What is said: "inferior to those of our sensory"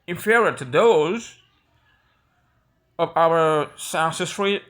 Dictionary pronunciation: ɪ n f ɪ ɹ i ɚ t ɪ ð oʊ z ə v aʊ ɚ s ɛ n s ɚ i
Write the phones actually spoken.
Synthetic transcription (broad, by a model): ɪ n f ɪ ɹ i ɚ t ɪ ð oʊ z ə v aʊ ɚ s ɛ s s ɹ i